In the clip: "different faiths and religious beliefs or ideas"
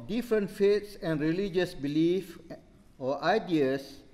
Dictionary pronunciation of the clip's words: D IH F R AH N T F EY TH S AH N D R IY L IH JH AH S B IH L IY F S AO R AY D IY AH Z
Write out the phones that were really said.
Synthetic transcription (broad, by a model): D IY F R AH N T F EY T S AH N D R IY L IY JH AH S B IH L IY F AO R AY D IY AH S